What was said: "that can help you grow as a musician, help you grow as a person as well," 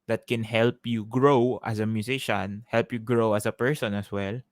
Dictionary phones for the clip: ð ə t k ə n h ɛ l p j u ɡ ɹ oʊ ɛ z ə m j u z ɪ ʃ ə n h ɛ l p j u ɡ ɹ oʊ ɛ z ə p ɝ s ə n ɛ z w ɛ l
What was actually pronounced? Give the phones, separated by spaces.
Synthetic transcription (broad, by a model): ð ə t k ə n h ɛ l p j u ɡ ɹ oʊ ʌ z ə m j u s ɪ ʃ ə n h ɛ l p j u ɡ ɹ oʊ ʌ s ə p ɝ s ə n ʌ s w ɛ l